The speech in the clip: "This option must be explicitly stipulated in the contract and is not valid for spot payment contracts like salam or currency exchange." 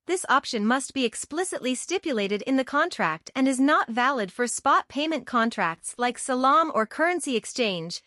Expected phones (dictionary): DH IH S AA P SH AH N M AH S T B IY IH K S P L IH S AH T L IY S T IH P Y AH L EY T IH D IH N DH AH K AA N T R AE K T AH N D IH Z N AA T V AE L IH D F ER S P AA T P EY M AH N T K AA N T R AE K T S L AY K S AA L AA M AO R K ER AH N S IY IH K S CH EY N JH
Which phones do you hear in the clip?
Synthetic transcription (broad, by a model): DH IH S AA P SH AH N M AH S T B IY IH K S P L IH S AH T L IY S T IH P Y AH L EY T IH D IH N DH AH K AA N T R AE K T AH N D IH Z N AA T V AE L IH D F ER S P AA T P EY M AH N K AA N T R AE K T S L AY K S AA L AA M AO R K ER AH N S IY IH K S CH EY N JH